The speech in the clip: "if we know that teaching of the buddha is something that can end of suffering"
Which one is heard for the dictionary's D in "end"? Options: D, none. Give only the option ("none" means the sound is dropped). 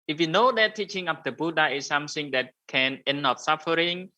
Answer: none